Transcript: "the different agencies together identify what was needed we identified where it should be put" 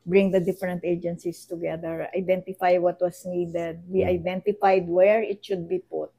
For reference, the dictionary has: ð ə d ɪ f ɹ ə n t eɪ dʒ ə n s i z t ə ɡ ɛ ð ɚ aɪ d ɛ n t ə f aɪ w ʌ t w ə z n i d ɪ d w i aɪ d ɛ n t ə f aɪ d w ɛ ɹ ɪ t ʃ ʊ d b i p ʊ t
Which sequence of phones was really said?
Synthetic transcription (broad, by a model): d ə d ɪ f ɹ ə n t eɪ dʒ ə n s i s t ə ɡ ɛ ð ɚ aɪ d ɛ n t ə f aɪ w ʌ t w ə s n i d ɪ d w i aɪ d ɛ n t ə f aɪ d w ɛ ɹ ɪ t ʃ ʊ d b i p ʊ t